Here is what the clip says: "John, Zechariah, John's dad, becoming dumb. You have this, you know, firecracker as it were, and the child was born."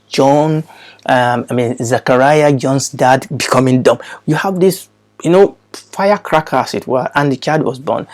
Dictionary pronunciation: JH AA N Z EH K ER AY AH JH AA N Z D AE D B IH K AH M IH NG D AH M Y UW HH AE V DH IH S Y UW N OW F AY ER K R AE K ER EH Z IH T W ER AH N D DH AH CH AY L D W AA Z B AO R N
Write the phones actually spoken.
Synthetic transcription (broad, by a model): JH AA N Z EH K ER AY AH JH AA N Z D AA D B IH K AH M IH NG D AH M Y UW HH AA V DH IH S Y UW N OW F AY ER K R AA K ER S IH T W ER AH N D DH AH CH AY D W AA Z B AO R N